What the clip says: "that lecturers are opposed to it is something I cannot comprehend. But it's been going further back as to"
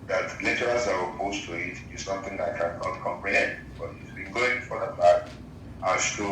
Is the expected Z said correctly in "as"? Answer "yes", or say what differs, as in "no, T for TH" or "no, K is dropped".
no, S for Z